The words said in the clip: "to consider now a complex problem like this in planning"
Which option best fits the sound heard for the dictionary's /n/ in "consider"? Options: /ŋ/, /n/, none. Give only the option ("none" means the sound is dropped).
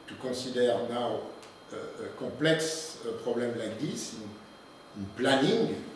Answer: none